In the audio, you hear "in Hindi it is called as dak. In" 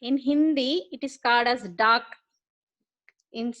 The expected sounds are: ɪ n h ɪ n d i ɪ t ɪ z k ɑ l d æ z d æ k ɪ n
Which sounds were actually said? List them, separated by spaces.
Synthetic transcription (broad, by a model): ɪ n h ɪ n d i ɪ t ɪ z k ɑ l d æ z d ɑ k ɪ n